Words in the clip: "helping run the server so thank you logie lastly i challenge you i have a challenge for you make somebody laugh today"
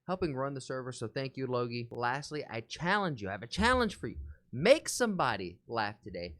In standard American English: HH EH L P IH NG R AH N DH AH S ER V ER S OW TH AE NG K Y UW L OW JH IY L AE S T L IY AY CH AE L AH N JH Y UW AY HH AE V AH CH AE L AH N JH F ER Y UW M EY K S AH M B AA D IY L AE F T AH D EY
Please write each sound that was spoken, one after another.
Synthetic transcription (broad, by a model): HH EH L P IH NG R AH N DH AH S ER V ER S OW TH AE NG K Y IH L OW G IY L AE S T L IY AY CH AE L AH N JH Y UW AY V AH CH AE L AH N ZH F ER Y UW M EY K S AH M B AA D IY L AE F T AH D EY